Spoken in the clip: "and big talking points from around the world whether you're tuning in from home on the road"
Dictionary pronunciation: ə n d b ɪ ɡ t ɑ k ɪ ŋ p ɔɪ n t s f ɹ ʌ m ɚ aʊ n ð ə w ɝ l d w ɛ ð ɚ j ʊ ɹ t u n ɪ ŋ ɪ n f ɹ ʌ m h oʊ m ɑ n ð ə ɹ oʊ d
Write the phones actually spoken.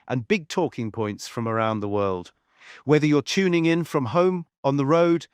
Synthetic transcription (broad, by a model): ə n b ɪ ɡ t ɑ k ɪ ŋ p ɔɪ n t s f ɹ ʌ m ɚ aʊ n ð ə w ɝ l d w ɛ ð ɚ j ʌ ɹ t u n ɪ ŋ ɪ n f ɹ ʌ m h oʊ m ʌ n ð ə ɹ oʊ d